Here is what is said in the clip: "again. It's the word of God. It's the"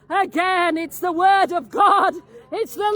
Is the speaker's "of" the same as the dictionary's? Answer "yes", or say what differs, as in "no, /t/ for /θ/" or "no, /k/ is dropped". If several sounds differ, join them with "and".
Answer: yes